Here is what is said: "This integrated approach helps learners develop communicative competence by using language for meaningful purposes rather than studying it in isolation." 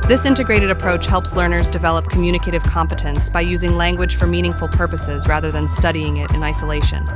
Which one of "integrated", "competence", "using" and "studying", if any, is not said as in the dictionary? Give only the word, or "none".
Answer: none